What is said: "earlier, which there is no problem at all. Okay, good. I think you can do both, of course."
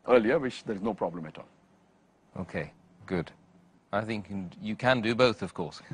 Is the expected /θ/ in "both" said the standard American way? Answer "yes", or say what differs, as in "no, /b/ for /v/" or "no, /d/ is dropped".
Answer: yes